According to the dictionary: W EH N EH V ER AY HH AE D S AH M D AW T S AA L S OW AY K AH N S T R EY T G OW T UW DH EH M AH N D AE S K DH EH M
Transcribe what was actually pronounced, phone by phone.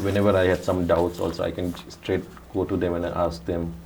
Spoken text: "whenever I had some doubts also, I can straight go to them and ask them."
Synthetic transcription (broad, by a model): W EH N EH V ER AY HH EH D S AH M D AW T S AA L S OW AY K AH N S T R EY T G OW T UW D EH M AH N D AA S K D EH M